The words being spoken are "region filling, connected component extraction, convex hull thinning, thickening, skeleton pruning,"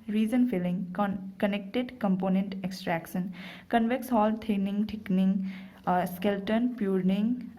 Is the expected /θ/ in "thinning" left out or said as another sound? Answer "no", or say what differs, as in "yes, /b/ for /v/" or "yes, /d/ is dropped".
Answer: yes, /t/ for /θ/